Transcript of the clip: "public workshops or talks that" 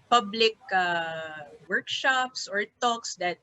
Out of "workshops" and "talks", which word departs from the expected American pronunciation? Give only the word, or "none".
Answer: none